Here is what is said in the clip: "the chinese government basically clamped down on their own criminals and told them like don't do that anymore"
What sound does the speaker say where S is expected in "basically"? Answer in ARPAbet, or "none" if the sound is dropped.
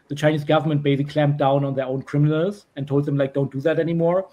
none